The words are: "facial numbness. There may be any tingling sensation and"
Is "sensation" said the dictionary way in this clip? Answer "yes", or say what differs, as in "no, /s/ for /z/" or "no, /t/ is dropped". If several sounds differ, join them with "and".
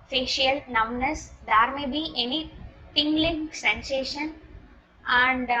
yes